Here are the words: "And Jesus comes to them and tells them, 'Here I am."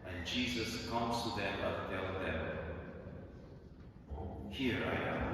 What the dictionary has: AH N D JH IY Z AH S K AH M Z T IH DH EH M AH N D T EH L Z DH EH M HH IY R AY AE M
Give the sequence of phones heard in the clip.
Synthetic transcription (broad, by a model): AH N JH IY Z AH S K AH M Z T IH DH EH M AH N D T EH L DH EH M HH IY R AY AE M